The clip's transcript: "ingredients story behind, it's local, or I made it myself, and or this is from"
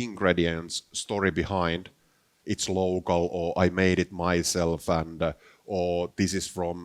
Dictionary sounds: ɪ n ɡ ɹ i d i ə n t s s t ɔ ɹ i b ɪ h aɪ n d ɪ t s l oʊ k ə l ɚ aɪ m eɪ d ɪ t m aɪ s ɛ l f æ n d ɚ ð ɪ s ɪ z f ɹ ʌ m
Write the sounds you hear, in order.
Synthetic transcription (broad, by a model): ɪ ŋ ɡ ɹ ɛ d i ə n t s s t ɔ ɹ i b ɪ h aɪ n d ɪ t s l oʊ k ə l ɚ aɪ m eɪ d ɪ t m aɪ s ɛ l f æ n d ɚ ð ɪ s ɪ s f ɹ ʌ m